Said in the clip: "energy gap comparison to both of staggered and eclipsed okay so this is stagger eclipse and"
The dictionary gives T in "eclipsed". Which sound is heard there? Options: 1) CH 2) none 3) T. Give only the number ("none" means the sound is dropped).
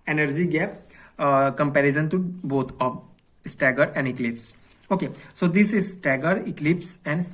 2